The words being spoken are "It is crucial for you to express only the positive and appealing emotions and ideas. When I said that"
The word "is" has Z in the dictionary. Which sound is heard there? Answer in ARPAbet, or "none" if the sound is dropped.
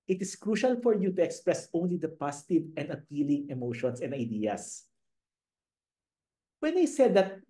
S